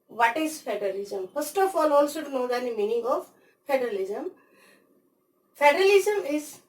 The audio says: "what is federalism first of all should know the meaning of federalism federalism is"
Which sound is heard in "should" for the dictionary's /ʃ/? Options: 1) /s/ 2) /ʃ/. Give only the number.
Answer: 1